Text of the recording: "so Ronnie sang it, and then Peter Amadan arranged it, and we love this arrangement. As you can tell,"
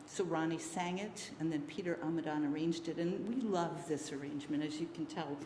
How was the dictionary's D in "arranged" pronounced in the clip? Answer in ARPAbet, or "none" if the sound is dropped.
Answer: D